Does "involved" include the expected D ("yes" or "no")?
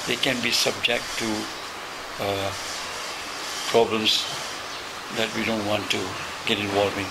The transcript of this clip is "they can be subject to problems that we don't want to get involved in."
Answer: no